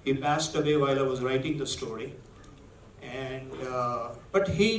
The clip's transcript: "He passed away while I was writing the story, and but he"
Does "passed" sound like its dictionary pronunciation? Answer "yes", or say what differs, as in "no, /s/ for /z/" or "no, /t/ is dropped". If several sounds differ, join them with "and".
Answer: yes